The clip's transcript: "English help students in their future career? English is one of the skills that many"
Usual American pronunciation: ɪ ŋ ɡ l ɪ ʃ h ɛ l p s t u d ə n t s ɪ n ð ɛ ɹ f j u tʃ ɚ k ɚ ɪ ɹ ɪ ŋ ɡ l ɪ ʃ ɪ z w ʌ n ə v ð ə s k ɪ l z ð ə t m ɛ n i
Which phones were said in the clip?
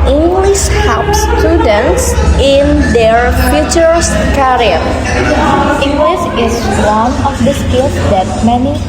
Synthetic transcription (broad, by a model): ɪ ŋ ɡ l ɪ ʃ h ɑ p s t u d ə n t s ɪ n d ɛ ɹ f j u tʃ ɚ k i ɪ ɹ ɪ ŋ ɡ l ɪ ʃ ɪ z w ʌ n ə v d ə s k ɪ l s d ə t m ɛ n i